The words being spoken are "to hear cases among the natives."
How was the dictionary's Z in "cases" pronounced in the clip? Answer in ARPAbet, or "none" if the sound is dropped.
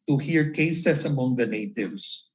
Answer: S